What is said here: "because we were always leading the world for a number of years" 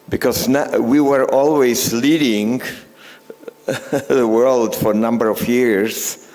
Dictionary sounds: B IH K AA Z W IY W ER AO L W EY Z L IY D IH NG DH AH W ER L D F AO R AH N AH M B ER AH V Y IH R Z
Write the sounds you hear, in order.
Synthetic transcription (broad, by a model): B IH K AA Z W IY W ER AO L W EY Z L IY D IH NG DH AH W ER L D F AO R AH N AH M B ER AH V Y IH R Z